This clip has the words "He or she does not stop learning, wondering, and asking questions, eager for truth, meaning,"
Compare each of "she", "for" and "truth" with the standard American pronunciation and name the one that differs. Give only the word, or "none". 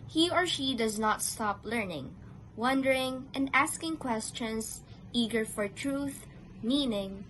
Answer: none